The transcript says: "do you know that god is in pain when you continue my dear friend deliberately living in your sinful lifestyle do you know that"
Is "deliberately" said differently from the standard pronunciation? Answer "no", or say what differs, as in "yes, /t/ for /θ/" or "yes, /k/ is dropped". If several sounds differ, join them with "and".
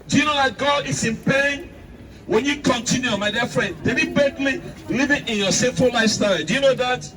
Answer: yes, /ɹ/ is dropped